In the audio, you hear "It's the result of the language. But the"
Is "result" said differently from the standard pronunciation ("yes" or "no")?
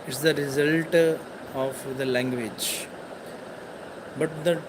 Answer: no